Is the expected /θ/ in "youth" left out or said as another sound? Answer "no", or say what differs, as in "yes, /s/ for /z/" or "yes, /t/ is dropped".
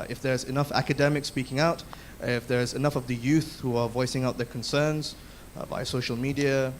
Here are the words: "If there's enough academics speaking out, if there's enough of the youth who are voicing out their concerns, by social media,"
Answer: no